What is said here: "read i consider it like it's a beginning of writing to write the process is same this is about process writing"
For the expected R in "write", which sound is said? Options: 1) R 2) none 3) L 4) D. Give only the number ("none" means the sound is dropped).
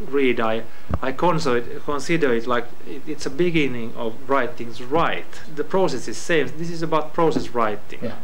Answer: 1